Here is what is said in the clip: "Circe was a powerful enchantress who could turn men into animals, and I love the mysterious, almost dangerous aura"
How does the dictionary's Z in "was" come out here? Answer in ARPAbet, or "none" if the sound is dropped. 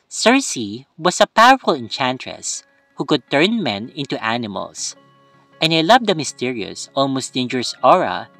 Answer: S